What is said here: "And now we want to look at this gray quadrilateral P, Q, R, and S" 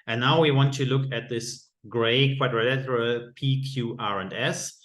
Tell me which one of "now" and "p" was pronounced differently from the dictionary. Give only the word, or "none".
none